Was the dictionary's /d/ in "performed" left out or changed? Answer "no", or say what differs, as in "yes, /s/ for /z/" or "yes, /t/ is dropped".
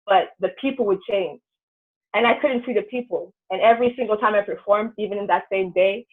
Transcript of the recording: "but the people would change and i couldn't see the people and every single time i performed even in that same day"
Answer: no